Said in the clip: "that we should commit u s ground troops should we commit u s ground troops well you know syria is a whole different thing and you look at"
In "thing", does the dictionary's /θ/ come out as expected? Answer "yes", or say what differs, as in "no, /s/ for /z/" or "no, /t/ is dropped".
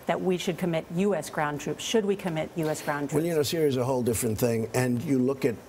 yes